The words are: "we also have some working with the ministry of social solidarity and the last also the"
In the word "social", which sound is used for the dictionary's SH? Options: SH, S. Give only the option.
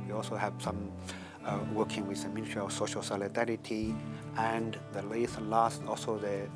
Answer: SH